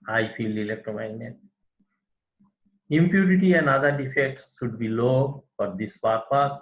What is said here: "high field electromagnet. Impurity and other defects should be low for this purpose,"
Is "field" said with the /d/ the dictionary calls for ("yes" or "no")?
no